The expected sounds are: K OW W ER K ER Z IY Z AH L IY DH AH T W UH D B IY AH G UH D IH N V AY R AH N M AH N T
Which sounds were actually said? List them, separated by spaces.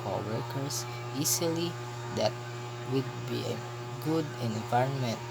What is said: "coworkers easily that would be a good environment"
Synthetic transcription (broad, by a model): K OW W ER K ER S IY S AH L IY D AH T W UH D B IY AH G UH D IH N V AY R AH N M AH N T